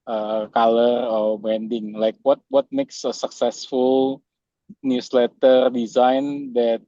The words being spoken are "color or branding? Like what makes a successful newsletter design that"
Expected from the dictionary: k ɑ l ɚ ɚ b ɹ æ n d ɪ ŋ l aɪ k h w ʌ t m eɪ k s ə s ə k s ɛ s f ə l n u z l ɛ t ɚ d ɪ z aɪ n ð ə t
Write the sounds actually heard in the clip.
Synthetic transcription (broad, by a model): k ɑ l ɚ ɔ b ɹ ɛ n d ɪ ŋ l aɪ k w w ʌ t m eɪ k s ə s ə k s ɛ s f ə l n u s l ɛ t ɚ d ɪ z aɪ n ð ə t